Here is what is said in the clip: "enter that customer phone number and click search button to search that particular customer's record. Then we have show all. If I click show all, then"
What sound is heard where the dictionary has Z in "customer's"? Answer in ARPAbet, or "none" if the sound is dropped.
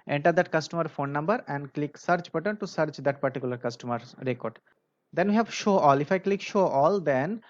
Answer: none